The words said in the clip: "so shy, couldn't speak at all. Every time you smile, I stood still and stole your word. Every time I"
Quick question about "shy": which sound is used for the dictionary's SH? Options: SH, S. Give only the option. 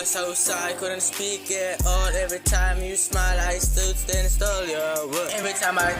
S